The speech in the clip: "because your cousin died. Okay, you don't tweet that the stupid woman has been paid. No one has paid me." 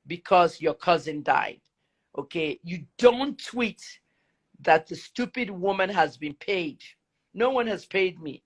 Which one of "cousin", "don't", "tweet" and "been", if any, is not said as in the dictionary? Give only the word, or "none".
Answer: none